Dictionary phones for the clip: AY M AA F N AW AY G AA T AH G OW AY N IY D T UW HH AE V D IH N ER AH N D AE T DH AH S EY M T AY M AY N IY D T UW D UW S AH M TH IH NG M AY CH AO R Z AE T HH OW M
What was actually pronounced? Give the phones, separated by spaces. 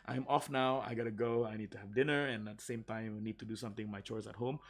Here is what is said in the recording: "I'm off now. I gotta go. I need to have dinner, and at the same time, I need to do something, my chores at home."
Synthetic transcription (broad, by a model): AY M AA F N AW AY G AA T AH G OW AY N IY D T UW HH AE V D IH N ER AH N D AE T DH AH S EY M T AY M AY N IY D T UW D UW S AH M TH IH NG M AY CH AO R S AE T HH OW M